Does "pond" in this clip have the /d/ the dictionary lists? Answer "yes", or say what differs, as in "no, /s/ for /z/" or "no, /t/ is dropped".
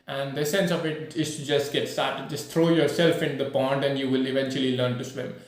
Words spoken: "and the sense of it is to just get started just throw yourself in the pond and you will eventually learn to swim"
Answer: yes